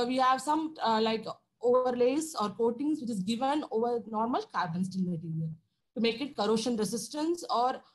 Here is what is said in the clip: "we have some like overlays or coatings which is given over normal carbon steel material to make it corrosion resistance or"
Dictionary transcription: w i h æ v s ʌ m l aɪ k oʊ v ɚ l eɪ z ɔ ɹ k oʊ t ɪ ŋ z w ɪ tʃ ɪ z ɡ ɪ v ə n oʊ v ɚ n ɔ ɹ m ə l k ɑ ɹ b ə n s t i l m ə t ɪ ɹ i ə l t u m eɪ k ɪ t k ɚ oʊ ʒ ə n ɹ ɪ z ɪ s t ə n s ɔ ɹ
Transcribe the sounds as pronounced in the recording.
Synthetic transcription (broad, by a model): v i h æ v s ʌ m l aɪ k oʊ v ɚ l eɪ s ɔ ɹ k oʊ t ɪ ŋ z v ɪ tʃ ɪ z ɡ ɪ v ə n oʊ v ɚ n ɔ ɹ m ə l k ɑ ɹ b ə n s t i n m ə t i ɹ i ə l t u m eɪ k ɪ t k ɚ oʊ ʃ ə n ɹ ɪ s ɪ s t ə n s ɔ ɹ